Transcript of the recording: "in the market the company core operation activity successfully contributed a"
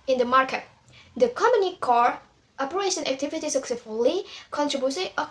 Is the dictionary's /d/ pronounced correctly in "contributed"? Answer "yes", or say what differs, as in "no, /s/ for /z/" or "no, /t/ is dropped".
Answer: no, /d/ is dropped